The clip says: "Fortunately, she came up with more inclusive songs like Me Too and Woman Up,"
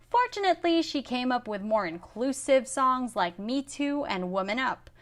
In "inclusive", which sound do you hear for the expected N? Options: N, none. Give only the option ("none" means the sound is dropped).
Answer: N